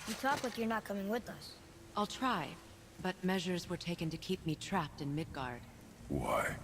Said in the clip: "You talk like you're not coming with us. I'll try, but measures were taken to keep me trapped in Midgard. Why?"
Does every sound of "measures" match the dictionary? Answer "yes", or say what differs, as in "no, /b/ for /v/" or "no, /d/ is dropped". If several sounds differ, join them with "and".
yes